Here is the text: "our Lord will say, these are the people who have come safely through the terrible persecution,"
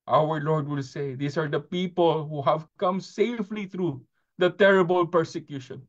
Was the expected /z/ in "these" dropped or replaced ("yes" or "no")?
yes